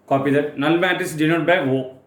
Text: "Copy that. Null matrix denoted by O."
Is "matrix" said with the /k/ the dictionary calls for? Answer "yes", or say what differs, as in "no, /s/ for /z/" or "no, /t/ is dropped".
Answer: no, /k/ is dropped